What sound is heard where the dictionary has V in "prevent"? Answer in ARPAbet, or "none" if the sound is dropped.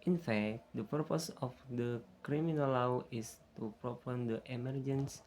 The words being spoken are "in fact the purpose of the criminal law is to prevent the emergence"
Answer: P